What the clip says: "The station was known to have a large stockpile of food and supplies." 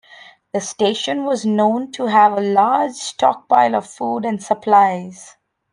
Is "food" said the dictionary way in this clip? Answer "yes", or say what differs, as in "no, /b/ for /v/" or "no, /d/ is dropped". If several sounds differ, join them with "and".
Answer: yes